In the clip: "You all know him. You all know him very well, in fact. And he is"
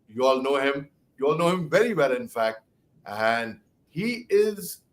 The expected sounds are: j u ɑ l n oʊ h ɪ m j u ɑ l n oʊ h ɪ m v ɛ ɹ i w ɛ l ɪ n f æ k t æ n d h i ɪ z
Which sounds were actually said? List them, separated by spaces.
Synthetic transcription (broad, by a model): j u ɑ l n oʊ h ɪ m j u ɑ l n oʊ h ɪ m v ɛ ɹ i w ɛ l ɪ n f æ k t æ n d h i ɪ z